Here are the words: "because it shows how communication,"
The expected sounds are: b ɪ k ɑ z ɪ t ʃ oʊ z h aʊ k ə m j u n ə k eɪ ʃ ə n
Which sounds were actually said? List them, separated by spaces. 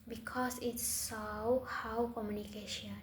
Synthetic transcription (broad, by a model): b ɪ k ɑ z ɪ t s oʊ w h aʊ k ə m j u n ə k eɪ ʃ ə n